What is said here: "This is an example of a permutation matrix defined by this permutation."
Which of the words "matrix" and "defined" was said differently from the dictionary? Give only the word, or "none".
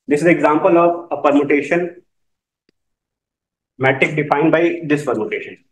matrix